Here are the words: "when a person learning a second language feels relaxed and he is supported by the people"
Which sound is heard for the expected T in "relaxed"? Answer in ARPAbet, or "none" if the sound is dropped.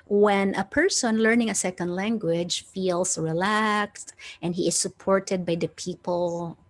T